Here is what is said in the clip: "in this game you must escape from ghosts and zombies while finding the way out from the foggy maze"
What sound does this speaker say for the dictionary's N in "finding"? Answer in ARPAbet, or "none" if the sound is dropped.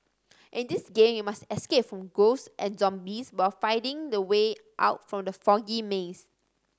none